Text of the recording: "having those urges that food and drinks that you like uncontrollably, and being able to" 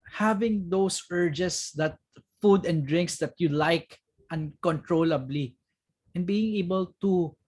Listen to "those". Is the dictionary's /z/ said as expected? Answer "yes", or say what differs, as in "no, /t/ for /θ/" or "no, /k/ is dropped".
no, /s/ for /z/